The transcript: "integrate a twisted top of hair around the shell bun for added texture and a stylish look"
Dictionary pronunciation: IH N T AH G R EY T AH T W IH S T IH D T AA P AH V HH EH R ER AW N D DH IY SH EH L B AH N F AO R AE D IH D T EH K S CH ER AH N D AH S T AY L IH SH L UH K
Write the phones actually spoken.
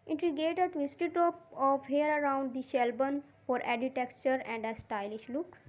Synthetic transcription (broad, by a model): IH N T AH G EY T AH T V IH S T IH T T AA P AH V HH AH R ER AW N D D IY SH EH L B AH N F AO R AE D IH T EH K CH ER AH N D AH S T AY L IH SH L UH K